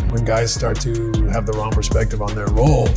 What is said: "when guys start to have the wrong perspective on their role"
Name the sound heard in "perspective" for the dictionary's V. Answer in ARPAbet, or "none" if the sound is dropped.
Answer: V